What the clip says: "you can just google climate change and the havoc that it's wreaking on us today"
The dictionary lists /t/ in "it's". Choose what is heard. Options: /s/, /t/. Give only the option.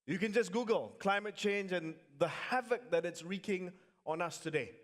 /t/